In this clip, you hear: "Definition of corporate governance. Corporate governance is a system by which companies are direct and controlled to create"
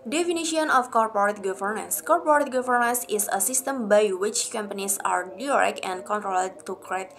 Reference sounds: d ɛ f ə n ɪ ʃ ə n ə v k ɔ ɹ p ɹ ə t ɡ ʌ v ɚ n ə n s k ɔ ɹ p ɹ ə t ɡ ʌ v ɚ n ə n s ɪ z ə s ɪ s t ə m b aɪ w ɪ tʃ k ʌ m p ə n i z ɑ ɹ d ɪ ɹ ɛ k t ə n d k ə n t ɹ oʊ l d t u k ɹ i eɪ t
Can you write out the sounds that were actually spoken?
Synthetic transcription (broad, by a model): d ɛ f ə n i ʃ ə n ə f k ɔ ɹ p ɹ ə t ɡ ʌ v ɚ n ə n s k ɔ ɹ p ɹ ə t ɡ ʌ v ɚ n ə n s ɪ s ə s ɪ s t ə m b aɪ w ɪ tʃ k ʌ m p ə n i s ɑ ɹ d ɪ ɹ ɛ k ə n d k ə n t ɹ oʊ l d t u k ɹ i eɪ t